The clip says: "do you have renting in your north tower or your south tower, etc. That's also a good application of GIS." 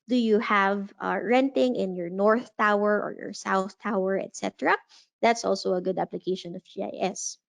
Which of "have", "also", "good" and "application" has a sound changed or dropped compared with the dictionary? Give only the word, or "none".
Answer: none